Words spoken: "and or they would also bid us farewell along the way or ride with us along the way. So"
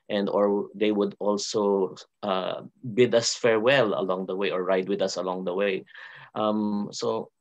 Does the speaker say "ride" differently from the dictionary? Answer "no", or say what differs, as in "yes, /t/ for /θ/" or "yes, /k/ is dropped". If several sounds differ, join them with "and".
no